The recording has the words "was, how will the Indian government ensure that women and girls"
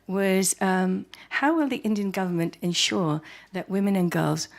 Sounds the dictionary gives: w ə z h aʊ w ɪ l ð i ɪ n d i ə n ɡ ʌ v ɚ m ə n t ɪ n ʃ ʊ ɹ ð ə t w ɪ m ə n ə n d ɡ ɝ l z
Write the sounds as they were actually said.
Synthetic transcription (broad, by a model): w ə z h aʊ w ɪ l ð i ɪ n d i ə n ɡ ʌ v ɚ m ə n t ɪ n ʃ ʊ ɹ ð ə t w ɪ m ə n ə n ɡ ɝ l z